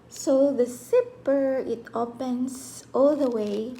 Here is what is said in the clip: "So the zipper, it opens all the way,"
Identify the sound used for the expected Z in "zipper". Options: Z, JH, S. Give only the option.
S